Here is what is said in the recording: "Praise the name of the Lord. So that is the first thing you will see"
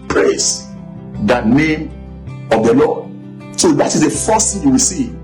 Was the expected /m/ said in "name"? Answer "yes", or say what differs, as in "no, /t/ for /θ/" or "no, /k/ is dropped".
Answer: yes